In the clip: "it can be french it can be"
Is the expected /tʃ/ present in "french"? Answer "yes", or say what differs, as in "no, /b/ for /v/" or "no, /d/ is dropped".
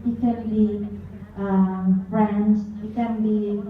no, /s/ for /tʃ/